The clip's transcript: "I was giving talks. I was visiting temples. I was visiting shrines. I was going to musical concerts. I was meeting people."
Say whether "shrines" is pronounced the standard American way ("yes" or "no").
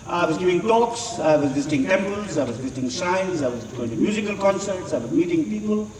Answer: no